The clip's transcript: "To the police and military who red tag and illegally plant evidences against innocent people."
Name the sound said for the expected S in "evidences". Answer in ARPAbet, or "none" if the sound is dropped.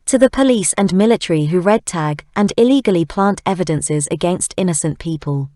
S